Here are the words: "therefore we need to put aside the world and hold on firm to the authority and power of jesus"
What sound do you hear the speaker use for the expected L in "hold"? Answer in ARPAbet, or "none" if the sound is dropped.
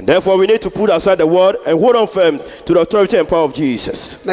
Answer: none